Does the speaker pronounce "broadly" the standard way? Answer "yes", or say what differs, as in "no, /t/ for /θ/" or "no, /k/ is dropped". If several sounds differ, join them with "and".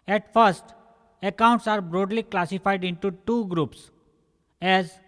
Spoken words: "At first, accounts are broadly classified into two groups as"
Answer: yes